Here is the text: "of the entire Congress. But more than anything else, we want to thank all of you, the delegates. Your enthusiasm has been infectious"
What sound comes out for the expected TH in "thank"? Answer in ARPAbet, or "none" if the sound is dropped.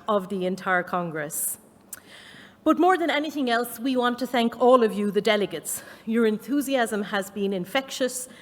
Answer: TH